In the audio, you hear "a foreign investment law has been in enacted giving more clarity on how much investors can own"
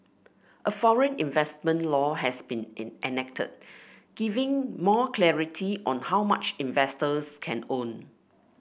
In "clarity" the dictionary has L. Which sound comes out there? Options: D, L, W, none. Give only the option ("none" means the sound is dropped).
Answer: L